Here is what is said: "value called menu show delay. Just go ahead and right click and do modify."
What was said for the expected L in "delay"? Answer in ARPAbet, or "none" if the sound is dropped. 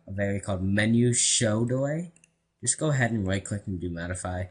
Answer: W